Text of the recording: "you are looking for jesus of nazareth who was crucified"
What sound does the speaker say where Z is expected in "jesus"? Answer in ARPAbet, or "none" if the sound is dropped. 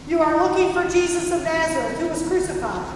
Z